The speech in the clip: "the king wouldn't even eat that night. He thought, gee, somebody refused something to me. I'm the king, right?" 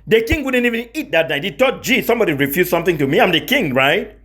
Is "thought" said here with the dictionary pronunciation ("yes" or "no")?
no